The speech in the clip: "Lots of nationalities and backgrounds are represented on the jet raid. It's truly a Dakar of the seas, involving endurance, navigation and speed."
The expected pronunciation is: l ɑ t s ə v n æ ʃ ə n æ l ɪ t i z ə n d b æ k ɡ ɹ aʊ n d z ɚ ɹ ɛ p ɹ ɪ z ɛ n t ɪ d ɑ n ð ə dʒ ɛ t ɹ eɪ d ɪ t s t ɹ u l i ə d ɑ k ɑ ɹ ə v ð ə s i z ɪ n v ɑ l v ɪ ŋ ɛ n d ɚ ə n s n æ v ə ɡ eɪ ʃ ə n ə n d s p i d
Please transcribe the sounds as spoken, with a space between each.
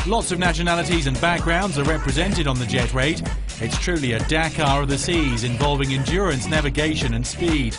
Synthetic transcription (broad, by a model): l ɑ t s ə v n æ ʃ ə n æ l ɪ t i z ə n b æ k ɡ ɹ aʊ n d z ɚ ɹ ɛ p ɹ ɪ z ɛ n t ɪ d n ð ə dʒ ɛ t ɹ eɪ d ɪ t s t ɹ u l i ə d ɑ k ɑ ɹ ə v ð ə s i z ɪ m v ɑ l v ɪ ŋ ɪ n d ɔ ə n s n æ v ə ɡ eɪ ʃ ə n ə n s p i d